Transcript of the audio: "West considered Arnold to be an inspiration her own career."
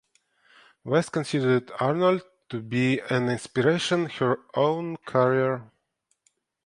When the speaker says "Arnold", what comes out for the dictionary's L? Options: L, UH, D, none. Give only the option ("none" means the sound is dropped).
L